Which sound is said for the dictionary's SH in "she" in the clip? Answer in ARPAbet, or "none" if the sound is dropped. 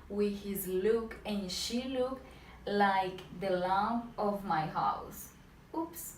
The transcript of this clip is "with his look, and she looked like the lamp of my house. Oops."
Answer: SH